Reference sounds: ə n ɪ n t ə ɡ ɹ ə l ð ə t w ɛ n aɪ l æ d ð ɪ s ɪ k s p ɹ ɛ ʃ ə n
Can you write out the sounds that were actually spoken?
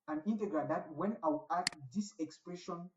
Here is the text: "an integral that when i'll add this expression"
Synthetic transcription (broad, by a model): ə n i n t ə ɡ ɹ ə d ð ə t w ɛ n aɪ w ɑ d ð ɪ s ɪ k s p ɹ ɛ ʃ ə n